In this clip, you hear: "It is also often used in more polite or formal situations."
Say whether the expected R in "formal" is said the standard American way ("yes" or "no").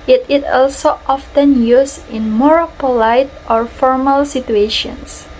yes